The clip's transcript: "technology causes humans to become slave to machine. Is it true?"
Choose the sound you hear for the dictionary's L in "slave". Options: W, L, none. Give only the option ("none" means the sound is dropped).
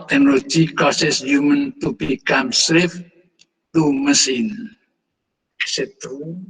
W